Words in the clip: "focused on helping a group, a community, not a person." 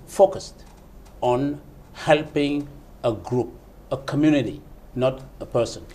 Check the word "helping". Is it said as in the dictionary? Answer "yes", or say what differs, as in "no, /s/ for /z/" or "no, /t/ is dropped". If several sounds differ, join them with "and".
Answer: yes